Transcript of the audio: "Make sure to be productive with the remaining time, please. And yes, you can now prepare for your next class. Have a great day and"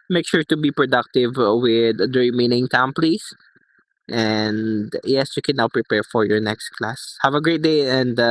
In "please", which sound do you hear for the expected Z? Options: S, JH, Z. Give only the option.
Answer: S